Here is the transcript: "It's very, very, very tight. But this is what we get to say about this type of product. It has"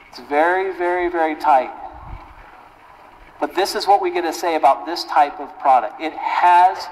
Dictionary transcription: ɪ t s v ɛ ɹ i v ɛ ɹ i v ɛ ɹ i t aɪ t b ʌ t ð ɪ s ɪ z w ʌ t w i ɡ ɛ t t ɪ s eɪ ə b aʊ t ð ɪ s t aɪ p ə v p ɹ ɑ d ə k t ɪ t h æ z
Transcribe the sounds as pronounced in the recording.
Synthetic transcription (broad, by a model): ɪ t s v ɛ ɹ i v ɛ ɹ i v ɛ ɹ i t aɪ t b ʌ t ð ɪ s ɪ z w ʌ t w i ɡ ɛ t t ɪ s eɪ ə b aʊ t ð ɪ s t aɪ p ə v p ɹ ɑ d ə k t ɪ t h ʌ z